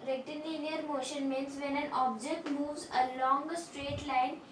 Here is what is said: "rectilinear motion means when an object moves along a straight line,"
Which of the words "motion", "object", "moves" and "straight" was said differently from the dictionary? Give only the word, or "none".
none